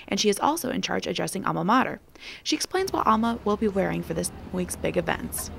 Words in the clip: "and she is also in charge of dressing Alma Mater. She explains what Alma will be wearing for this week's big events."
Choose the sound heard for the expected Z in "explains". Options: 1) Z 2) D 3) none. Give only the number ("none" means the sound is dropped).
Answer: 1